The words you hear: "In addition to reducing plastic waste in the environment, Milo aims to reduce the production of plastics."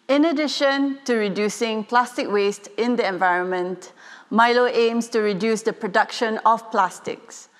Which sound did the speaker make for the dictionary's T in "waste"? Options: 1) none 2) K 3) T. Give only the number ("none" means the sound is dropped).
3